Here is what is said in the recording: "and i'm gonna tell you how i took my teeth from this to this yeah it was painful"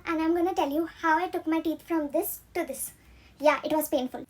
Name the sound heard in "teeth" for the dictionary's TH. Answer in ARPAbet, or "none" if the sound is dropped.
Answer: T